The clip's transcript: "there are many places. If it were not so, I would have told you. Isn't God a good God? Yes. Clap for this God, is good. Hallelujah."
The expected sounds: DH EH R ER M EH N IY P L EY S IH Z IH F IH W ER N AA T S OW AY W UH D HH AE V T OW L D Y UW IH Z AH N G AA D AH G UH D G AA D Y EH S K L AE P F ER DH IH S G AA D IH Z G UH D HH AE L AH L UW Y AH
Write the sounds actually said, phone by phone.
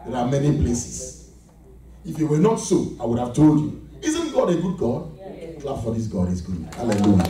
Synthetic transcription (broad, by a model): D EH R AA M EH N IY P L EY S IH S IH F IH W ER N AA T S OW AY W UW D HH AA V T OW L D Y UW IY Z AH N G AA D AH G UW D G AA D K L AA F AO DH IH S G AA D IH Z G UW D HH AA L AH L UW Y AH